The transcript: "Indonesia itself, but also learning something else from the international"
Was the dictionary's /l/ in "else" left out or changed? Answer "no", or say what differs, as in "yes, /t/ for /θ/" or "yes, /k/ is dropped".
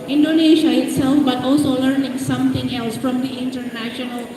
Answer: no